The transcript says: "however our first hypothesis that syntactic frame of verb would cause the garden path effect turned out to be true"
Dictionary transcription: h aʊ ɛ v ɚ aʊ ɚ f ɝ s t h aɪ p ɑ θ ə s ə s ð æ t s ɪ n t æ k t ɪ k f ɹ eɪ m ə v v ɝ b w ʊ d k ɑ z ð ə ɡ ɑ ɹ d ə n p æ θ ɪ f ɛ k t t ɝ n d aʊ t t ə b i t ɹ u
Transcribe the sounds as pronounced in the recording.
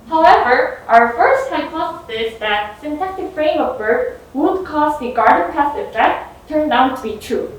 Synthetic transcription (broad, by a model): h aʊ ɛ v ɚ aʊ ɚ f ɝ s t h aɪ p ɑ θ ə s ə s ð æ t s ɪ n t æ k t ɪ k f ɹ eɪ m ə v b ɝ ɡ w ʊ d k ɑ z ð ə ɡ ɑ ɹ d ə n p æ s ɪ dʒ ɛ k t t ɝ n d aʊ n t ə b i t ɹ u